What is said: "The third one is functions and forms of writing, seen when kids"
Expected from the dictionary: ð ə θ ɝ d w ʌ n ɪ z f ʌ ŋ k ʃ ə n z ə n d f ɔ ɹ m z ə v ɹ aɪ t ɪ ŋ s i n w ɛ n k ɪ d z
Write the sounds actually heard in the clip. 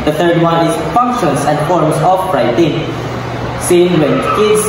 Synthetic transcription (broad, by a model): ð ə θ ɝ d w ʌ n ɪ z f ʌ ŋ k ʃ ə n s ə n d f ɔ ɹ m s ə f ɹ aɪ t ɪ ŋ s i n w ɛ n k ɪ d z